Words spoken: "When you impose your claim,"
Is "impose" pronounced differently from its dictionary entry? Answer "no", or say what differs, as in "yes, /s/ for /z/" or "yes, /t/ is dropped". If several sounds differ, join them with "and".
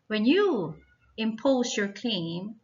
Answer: no